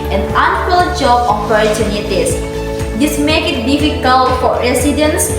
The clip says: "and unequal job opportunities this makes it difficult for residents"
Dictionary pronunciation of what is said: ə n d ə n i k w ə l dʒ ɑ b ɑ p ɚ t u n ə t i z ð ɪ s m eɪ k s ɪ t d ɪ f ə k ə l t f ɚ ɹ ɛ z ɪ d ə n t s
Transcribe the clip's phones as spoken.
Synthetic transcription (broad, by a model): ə n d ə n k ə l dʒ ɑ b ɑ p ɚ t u n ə t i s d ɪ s m eɪ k ɪ t d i f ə k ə l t f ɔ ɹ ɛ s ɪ d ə n s